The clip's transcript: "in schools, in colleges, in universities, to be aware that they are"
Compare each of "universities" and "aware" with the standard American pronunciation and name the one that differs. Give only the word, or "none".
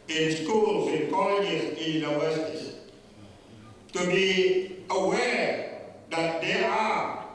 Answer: universities